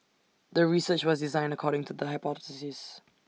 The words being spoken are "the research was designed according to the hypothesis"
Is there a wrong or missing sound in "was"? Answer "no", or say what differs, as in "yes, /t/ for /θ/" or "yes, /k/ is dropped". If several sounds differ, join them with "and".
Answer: no